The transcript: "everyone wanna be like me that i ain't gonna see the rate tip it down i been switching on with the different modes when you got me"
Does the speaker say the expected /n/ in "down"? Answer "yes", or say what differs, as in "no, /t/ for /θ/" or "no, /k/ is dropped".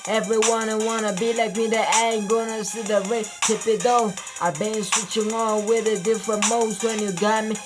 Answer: no, /n/ is dropped